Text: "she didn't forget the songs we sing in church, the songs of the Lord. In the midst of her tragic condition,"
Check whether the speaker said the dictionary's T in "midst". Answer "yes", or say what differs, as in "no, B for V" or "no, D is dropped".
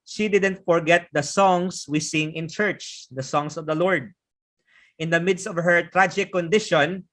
yes